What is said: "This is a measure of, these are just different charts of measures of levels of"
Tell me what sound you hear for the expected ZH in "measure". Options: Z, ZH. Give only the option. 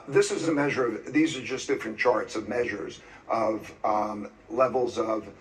ZH